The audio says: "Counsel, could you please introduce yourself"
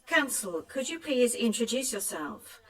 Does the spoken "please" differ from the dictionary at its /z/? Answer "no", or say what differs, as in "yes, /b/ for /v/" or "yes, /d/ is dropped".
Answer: no